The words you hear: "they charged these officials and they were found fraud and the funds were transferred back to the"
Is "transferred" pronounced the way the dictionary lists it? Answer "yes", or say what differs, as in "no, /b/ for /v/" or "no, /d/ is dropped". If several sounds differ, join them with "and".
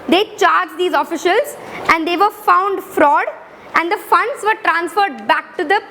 yes